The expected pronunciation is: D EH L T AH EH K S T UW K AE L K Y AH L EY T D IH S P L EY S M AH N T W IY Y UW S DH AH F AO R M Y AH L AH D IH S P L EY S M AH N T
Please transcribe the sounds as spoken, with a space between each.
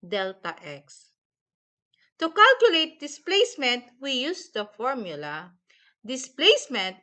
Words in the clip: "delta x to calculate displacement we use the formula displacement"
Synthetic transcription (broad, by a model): D EH L T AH EH K S T UW K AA L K Y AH L EY T D IH S P L EY S M AH N T W IY Y UW S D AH F AO R M Y AH L AH D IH S P L EY S M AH N T